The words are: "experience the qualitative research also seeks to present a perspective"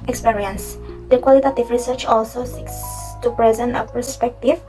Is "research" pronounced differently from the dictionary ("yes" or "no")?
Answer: no